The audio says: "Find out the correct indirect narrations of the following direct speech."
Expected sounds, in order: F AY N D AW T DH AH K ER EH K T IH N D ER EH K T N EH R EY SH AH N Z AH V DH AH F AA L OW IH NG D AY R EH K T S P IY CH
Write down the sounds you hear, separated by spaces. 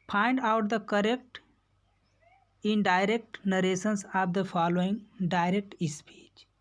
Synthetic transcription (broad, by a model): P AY N D AW T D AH K ER EH K T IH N D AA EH K T N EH R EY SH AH N S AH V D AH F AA L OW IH NG D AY R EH K T S P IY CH